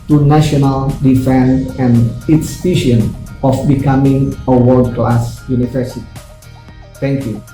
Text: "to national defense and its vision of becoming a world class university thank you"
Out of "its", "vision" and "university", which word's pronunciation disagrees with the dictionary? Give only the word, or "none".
vision